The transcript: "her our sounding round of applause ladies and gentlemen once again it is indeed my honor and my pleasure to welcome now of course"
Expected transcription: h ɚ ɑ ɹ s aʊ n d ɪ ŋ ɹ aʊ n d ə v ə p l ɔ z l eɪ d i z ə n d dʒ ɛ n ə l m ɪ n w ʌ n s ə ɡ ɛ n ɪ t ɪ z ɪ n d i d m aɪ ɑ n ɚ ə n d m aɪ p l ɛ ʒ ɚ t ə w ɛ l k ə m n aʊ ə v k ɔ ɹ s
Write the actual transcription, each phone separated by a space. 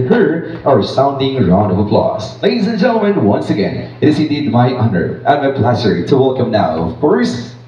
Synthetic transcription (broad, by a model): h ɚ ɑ ɹ s aʊ n d ɪ ŋ ɹ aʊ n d ə v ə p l ɔ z l eɪ d i z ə n dʒ ɛ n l m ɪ n w ʌ n s ə ɡ ɛ n ɪ t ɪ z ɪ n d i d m aɪ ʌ n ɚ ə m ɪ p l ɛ s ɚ t ə w ɛ l k ə m n aʊ ə v k ɔ ɹ s